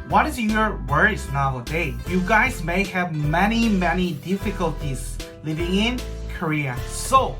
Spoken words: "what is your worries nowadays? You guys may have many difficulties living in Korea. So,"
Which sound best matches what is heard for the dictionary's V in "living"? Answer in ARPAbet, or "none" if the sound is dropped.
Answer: V